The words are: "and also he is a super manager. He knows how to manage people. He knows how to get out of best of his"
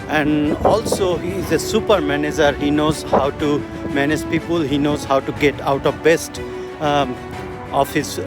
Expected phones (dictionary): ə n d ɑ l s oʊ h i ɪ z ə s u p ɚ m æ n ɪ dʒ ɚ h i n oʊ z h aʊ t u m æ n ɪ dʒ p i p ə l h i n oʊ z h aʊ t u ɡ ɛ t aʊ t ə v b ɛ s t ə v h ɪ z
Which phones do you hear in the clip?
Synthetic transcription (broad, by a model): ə n d ɑ l s oʊ h i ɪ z ə s u p ɚ m æ n ɪ dʒ ɚ h i n oʊ z h aʊ t u m æ n ɪ dʒ p i p ə l h i n oʊ z h aʊ t u ɡ ɛ t aʊ t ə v b ɛ s t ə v h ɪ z